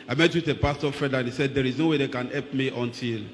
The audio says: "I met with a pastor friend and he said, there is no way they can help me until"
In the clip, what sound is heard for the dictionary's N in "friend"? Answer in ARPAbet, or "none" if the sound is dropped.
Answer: none